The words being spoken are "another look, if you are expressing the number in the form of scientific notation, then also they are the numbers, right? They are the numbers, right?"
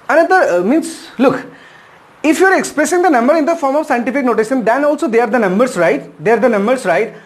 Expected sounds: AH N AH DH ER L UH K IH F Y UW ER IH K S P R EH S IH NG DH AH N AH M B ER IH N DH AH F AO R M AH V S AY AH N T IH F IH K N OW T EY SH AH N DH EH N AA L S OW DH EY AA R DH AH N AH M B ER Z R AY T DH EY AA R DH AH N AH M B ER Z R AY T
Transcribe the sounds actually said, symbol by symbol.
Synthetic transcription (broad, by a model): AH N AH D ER L UH K IH F Y UW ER IH K S P R EH S IH NG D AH N AH M B ER IH N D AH F AO R M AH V S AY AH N T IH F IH K N OW T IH S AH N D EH N AA L S OW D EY AA R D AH N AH M B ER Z R AY T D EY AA R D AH N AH M B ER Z R AY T